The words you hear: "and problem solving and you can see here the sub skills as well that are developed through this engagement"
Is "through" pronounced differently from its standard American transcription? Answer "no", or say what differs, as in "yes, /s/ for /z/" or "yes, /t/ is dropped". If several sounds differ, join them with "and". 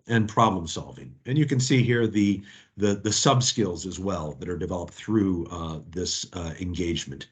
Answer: no